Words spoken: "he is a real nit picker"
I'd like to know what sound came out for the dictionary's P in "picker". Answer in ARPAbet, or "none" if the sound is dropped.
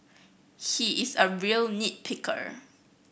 P